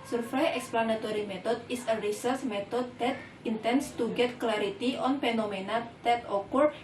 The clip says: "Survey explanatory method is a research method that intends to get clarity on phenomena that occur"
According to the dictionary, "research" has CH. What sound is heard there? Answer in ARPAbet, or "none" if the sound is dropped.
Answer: S